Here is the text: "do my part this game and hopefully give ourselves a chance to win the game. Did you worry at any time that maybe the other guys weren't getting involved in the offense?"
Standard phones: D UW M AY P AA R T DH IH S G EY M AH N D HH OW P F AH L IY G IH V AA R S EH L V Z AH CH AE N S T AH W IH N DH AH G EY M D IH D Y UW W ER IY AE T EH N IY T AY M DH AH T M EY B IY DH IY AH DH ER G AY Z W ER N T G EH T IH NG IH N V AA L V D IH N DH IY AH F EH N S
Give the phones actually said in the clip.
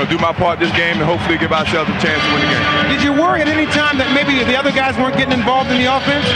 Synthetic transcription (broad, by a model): D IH M AY P AA R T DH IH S G EY M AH N HH OW P F L IY G IH V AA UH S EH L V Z AH CH AE N S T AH W IH N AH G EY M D IH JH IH W ER IY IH T EH N IY T AY M DH AH T M EY B IY DH IY AH DH ER G AY Z W ER N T G EH T IH NG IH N V AA L V D IH N DH IY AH F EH N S